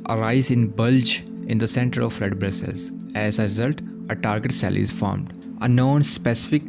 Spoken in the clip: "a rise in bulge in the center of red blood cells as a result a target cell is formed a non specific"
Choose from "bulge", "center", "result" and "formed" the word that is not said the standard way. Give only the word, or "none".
none